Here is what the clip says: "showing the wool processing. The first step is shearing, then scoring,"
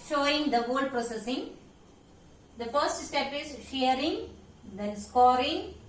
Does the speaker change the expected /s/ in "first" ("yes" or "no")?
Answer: no